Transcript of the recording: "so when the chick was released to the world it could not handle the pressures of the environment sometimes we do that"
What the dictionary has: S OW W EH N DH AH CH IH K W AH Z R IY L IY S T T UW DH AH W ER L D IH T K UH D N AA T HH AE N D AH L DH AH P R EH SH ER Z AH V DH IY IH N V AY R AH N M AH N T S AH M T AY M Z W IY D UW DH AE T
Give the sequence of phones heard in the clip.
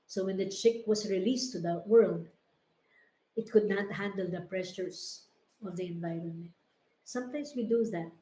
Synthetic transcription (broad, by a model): S OW W EH N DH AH CH IH K W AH S R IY L IY S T T UW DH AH W ER L D IH T K UH D N AA T HH AE N D AH L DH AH P R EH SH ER S AH V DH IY IH N V AY R AH N M AH N T S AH M T AY M S W IY D UW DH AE T